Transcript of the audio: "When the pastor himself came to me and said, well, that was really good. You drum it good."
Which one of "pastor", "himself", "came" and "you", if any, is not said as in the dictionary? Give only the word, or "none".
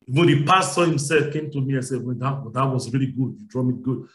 pastor